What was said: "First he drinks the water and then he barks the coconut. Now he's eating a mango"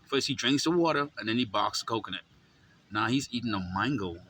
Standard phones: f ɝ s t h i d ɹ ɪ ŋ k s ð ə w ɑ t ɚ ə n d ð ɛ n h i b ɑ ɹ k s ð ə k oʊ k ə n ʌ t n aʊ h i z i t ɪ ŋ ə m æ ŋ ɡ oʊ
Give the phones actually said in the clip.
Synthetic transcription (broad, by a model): f ɝ s t h i d ɹ ɪ ŋ k s ð ə w ɑ t ɚ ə n ð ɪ n i b ɑ k s k oʊ k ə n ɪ t n aʊ h i z i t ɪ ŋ ə m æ ŋ ɡ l